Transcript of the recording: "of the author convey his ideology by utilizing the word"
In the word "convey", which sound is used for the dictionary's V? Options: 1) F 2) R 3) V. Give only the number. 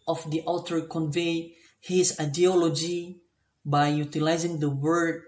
3